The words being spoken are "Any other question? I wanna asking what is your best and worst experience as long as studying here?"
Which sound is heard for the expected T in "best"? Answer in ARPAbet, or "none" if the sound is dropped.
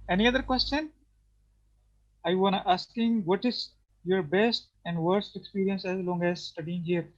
T